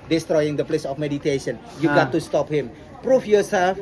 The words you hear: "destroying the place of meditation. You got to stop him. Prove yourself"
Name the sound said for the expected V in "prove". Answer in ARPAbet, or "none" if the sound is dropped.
F